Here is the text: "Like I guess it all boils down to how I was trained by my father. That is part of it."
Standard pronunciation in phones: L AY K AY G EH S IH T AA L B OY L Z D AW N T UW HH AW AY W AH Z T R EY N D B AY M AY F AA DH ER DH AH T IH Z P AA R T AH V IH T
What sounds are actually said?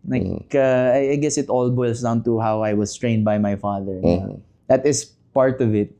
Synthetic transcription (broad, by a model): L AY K AY G EH S IH T AA L B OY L S D AW N T UW HH AW AY W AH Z T R EY N D B AY M AY F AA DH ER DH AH T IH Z P AA R T AH V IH T